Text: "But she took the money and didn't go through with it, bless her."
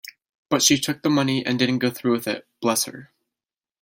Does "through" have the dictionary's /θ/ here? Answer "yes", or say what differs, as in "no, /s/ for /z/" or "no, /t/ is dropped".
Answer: yes